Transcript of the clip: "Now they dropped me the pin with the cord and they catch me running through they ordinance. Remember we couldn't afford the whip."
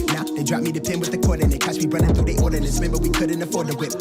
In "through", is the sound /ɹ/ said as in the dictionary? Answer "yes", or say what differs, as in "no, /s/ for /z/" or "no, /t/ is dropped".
no, /ɹ/ is dropped